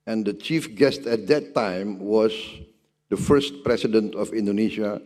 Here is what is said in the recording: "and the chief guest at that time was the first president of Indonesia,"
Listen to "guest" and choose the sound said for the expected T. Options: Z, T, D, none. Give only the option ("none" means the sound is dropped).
T